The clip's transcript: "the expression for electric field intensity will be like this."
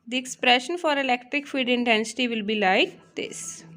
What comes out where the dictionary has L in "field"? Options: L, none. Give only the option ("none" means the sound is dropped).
none